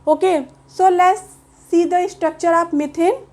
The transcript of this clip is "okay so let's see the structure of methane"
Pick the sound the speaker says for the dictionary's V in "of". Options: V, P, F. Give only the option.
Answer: P